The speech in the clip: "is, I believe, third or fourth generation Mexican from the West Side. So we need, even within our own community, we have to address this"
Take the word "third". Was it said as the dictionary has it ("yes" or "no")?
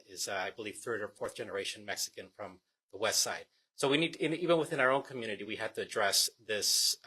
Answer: yes